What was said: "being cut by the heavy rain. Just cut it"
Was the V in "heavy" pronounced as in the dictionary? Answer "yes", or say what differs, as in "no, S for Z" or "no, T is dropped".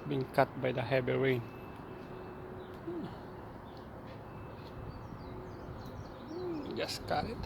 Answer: no, B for V